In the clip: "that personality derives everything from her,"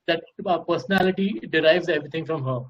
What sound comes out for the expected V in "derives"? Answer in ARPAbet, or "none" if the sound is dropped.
V